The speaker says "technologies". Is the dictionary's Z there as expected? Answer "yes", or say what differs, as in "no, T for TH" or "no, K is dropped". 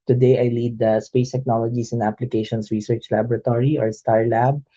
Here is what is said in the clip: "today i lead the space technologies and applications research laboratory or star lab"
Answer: no, S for Z